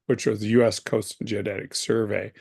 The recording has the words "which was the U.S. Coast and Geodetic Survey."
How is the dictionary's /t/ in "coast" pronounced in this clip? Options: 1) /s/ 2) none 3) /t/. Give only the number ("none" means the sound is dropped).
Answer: 3